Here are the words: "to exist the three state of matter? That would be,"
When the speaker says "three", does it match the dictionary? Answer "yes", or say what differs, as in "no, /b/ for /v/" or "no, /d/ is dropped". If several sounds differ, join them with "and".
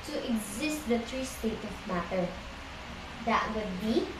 no, /t/ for /θ/